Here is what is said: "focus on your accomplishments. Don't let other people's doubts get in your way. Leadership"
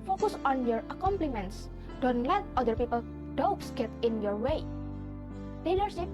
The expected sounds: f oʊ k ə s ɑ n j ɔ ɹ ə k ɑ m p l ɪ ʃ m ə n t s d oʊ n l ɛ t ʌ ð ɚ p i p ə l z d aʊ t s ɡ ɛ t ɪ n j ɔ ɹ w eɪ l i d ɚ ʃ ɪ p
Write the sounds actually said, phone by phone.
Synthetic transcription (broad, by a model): f oʊ k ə s ɑ n j ɔ ɹ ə k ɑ m p l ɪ m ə n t s d oʊ n l ɛ t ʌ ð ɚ p i p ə l d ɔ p s ɡ ɛ t ɪ n j ɔ ɹ w eɪ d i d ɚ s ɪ